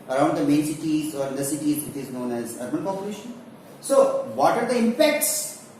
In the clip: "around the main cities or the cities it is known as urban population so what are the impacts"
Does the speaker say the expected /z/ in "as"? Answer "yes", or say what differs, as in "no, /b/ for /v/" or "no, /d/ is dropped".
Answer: yes